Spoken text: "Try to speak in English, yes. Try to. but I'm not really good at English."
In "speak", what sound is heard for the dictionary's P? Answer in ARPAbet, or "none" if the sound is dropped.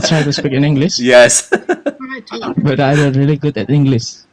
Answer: P